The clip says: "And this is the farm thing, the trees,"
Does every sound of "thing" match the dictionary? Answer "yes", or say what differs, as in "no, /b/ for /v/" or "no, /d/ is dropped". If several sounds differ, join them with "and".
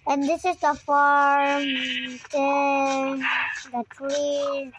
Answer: no, /t/ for /θ/